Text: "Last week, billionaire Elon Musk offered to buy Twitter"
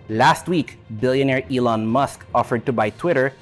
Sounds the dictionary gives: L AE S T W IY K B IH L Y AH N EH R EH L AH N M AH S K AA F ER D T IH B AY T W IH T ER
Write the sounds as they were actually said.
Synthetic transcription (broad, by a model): L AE S T W IY K B IH L Y AH N EH R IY L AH N M AH S K AA F ER D T IH B AY T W IH T ER